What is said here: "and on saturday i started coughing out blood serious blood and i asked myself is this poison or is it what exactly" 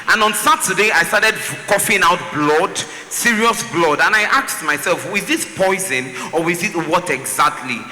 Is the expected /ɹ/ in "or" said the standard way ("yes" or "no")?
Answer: no